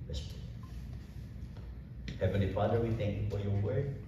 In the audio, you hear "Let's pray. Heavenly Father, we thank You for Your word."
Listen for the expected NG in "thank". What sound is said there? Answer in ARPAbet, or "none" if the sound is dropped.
NG